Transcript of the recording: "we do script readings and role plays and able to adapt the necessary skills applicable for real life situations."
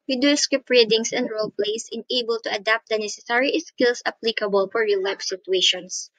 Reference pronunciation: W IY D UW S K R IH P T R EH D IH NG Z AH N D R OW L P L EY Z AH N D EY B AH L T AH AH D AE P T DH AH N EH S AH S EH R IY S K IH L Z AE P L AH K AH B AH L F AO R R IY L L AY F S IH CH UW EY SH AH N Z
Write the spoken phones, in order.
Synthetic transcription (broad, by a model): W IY D UW S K IH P R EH D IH NG S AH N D R OW L P L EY S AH N EY B AH L T AH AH D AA P T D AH N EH S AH S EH R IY S K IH L S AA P L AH K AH B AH L F AO R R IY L L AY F S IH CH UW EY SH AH N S